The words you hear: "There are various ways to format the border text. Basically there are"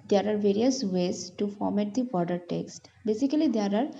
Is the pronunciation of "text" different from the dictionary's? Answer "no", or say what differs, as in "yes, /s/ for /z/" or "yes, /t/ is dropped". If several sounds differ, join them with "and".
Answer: no